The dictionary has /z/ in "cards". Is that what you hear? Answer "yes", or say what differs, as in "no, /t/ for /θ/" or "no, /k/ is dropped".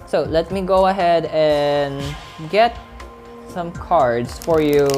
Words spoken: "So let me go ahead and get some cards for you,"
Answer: no, /s/ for /z/